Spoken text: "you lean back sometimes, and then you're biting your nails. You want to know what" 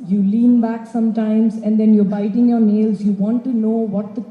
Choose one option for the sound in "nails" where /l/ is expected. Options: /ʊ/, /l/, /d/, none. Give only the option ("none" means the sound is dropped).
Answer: /l/